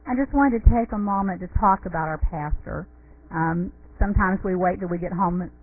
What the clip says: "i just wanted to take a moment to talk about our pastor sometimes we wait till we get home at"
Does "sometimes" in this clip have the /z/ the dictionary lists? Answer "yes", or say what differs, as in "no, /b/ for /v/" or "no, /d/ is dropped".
yes